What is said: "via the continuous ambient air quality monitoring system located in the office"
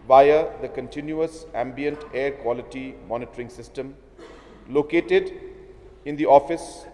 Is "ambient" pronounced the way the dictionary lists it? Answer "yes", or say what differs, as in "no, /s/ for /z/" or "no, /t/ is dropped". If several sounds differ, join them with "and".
yes